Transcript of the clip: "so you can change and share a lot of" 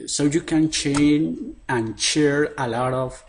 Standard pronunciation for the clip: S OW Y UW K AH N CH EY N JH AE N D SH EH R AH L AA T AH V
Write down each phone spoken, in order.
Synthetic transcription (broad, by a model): S OW Y UW K AH N CH EY N AE N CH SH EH R AH L AA T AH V